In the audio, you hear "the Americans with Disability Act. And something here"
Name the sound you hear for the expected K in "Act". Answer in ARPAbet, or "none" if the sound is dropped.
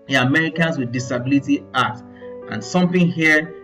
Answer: none